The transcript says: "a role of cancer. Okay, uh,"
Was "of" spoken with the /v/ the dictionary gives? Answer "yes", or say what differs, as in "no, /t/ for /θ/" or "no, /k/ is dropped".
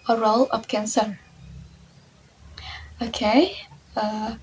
no, /p/ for /v/